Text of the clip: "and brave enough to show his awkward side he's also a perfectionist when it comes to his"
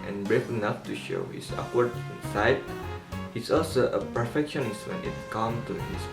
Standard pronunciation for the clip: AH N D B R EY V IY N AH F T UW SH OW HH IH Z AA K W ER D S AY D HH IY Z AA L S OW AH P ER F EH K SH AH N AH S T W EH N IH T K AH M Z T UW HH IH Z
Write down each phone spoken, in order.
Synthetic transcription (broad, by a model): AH N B R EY F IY N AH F T UW SH OW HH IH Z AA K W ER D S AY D HH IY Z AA L S OW AH P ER F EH K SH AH N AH S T W EH N IH T K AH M T UW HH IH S